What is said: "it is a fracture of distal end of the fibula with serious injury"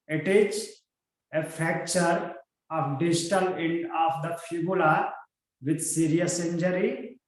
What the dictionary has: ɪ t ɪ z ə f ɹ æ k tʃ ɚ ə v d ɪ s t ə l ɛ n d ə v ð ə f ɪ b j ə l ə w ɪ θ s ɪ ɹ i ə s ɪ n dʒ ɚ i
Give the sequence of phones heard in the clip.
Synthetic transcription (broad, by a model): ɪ t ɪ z ə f æ k tʃ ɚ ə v d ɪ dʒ t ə l ɛ n d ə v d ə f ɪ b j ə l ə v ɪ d s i ɹ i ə s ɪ n dʒ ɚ i